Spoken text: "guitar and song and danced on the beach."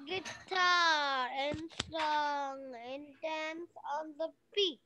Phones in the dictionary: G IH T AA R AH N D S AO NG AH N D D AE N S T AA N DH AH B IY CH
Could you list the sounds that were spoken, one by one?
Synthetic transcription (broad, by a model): G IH T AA R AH N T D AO NG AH N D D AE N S AA N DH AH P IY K